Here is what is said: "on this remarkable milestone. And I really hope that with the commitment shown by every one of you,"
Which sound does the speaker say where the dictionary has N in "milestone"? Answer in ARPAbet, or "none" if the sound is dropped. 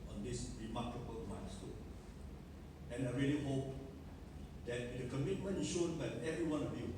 none